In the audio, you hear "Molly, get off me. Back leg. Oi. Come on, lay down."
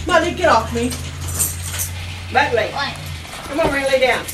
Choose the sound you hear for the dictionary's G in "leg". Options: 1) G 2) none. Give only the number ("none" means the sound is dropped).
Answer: 2